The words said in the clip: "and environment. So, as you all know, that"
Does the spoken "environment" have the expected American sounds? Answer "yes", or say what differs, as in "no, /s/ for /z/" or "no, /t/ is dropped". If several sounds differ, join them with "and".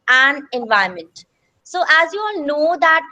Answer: no, /ɹ/ is dropped